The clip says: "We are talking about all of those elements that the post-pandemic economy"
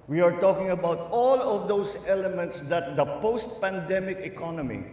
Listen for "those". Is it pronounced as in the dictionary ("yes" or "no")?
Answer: no